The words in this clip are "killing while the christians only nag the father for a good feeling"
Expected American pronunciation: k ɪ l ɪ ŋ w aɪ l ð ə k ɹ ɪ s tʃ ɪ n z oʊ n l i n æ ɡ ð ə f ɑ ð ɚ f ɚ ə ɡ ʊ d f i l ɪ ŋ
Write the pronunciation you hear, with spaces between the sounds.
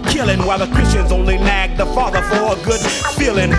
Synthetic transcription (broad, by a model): k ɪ l ɪ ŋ w aɪ l ð ə k ɹ ɪ s tʃ ɪ n z oʊ n l i n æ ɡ ð ə f ɑ ð ɚ f ɚ ə ɡ ʊ d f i l ɪ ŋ